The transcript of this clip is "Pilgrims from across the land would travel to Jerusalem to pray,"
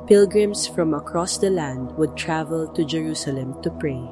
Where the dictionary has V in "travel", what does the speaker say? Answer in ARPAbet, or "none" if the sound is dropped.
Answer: V